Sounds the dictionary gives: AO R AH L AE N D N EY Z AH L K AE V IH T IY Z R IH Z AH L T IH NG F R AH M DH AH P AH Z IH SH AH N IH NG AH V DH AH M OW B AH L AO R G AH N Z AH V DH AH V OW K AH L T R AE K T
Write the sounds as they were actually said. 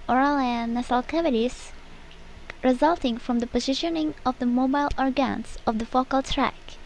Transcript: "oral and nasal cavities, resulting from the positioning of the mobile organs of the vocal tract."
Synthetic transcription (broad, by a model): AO R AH L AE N N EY S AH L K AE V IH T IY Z R IH Z AH L T IH NG F R AH M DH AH P AH Z IH SH AH N IH NG AH V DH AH M OW B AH L AO R G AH N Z AH V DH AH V OW K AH L T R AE K